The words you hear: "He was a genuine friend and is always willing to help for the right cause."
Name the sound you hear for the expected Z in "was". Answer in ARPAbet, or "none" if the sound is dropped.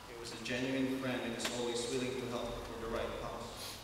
Z